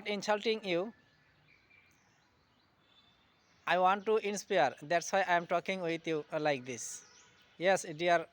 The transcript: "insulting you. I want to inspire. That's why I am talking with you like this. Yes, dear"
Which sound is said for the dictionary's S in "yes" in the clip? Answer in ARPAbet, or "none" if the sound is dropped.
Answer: S